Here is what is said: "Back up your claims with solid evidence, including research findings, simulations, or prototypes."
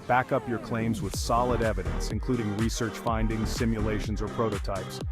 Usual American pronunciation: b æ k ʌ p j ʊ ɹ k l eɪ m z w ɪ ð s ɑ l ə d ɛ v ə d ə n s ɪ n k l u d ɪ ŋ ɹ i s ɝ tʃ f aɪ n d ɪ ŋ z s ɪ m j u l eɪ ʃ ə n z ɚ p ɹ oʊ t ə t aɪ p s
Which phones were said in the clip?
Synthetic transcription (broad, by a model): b æ k ʌ p j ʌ ɹ k l eɪ m z w ɪ ð s ɑ l ə d ɛ v ə d ə n s ɪ n k l u d ɪ ŋ ɹ i s ɝ tʃ f aɪ n d ɪ ŋ z s ɪ m j u l eɪ ʃ ə n z ɚ p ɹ oʊ t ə t aɪ p s